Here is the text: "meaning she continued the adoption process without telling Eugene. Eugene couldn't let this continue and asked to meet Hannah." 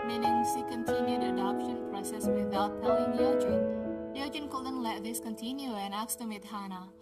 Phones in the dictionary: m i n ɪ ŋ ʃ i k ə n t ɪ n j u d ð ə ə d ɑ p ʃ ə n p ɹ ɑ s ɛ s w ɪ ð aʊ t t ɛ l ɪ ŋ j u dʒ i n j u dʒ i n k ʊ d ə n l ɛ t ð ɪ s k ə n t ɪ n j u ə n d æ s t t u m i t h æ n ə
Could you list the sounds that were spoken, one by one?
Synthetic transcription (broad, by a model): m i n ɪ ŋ s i k ə n t ɪ n j u d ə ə d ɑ p ʃ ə n p ɹ ɑ s ɛ s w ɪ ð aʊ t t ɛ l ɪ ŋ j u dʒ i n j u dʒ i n k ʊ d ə n l ɛ t ð ɪ s k ə n t ɪ n j u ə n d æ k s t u m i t h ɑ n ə